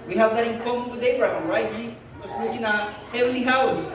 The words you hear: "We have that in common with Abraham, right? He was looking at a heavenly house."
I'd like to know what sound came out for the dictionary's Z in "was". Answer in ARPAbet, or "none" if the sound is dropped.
S